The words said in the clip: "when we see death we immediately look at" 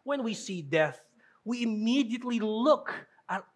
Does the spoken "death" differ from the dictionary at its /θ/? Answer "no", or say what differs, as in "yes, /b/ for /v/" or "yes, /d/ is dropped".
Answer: no